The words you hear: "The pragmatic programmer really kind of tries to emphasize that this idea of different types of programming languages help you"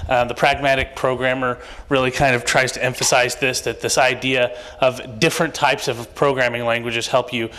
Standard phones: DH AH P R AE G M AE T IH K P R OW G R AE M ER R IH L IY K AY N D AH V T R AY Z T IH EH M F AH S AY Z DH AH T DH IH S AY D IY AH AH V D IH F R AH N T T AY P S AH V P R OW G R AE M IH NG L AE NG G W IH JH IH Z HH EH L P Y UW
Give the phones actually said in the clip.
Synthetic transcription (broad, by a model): DH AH P R AE G M AE T IH K P R OW G R AE M ER R IH L IY K AY N D AH V T R AY Z T IH EH M F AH S AY Z DH AH T DH IH S AY D IY AH AH V D IH F R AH N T T AY P S AH V P R OW G R AE M IH NG L AE NG G W IH JH IH Z HH EH L P Y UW